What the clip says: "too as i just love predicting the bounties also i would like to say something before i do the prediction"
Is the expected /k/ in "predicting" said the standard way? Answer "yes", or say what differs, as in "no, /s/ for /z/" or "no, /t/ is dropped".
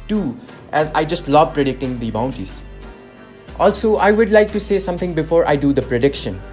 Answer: yes